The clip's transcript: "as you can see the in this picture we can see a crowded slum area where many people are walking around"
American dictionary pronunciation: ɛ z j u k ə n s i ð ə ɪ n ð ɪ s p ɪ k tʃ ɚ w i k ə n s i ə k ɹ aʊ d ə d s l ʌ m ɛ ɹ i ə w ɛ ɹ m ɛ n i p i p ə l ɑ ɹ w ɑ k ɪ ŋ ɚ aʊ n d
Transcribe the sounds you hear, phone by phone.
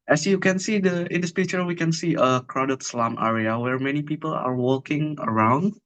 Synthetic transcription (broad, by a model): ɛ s j u k ə n s i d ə ɪ n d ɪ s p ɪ tʃ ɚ w i k ə n s i ə k ɹ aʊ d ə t s l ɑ m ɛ ɹ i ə w ɛ ɹ m ɛ n i p i p ə l ɑ ɹ w ɑ k ɪ ŋ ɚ aʊ n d